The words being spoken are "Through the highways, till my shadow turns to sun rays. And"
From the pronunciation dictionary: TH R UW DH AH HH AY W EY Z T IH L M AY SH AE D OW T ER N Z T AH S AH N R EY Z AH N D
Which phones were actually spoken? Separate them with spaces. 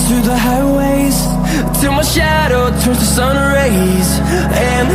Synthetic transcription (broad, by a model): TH R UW DH AH HH AY W EY Z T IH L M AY SH AE D OW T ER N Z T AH S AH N R EY Z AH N